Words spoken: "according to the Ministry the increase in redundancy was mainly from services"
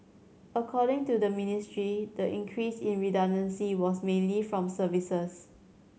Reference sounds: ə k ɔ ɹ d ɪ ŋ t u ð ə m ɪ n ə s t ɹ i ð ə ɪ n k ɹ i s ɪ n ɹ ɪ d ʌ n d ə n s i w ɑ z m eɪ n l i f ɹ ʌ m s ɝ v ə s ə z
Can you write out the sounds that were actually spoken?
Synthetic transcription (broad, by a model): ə k ɔ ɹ d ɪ ŋ t u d ə m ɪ n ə s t ɹ i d ə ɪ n k ɹ i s ɪ n ɹ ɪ d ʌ n d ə n s i w ɑ s m eɪ n l i f ɹ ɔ m s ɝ v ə s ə s